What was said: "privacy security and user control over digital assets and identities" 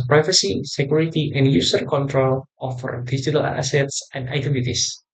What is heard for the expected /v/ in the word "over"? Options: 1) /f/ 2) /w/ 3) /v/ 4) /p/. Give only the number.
1